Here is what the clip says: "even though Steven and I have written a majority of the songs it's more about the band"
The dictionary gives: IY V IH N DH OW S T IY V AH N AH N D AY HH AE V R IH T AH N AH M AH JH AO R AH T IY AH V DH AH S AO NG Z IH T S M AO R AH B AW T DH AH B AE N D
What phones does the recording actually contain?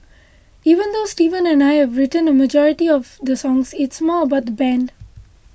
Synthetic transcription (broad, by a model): IY V IH N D OW S T IY V AH N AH N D AY HH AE V R IH T AH N AH M AH JH AO R AH T IY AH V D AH S AO NG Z IH T S M AO R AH B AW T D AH B AE N D